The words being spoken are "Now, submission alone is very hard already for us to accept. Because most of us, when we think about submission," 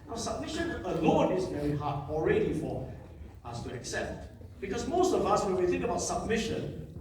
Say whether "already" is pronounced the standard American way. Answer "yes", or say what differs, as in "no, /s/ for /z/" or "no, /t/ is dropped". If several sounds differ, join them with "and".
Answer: yes